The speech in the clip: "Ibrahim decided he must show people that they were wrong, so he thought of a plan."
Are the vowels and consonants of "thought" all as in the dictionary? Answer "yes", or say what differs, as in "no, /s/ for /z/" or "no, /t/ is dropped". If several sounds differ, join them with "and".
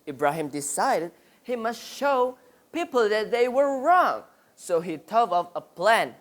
no, /t/ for /θ/